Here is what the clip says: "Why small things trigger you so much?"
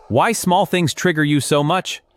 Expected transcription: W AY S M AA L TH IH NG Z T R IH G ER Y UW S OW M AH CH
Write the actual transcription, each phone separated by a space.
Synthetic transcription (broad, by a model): W AY S M AA L TH IH NG Z T R IH G ER Y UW S OW M AH CH